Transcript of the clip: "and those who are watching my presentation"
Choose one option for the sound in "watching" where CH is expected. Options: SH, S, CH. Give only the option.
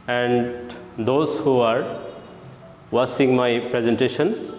S